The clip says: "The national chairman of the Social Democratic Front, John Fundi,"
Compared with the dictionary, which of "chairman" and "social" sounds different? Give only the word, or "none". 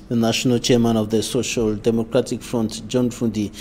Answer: none